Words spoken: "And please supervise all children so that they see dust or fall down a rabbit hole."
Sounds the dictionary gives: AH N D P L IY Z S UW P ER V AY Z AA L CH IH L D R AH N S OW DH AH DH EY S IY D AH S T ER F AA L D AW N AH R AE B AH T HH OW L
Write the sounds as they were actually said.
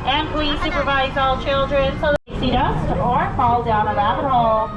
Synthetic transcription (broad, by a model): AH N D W IY S UW P ER V AY Z AA L CH IH L D R AH N S OW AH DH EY S IY D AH S ER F AA L D AW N AH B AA AH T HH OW L